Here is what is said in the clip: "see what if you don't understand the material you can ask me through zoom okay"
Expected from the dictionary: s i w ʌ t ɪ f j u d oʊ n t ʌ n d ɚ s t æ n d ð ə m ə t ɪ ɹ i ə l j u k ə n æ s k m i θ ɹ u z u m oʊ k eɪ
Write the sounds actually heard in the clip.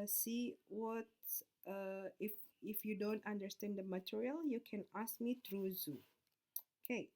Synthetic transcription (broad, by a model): s i w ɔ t ɪ f j u d oʊ n t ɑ n d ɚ s t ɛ n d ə m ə t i ɹ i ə l j u k ə n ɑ s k m i t ɹ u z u oʊ k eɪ